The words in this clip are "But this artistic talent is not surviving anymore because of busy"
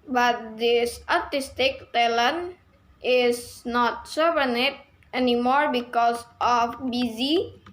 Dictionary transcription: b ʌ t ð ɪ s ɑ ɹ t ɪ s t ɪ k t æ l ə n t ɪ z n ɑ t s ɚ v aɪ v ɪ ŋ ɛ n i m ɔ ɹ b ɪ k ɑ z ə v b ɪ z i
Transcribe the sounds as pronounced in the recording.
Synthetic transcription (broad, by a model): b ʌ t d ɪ s ɑ ɹ t ɪ s t ɪ k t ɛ l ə n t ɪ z n ɑ t s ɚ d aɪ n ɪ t ɛ n i m ɔ ɹ b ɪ k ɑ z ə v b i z i